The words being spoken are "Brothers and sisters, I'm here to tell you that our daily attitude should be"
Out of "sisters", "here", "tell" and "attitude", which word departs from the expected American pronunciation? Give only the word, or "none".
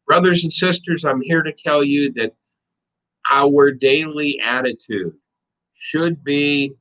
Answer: none